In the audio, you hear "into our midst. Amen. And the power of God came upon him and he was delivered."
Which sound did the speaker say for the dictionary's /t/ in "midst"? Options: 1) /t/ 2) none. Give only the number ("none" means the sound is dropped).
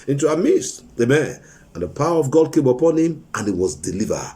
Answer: 2